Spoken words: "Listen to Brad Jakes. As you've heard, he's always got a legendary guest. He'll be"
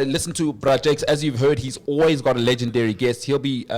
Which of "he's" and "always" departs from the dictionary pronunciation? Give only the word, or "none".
none